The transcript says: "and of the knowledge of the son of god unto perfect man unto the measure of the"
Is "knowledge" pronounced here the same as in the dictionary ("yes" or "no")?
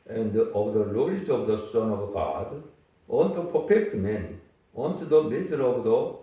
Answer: no